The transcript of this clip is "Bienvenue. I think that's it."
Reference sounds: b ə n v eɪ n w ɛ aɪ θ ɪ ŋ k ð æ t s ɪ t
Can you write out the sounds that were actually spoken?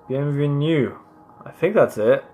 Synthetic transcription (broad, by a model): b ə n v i n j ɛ aɪ θ ɪ ŋ k ð æ t s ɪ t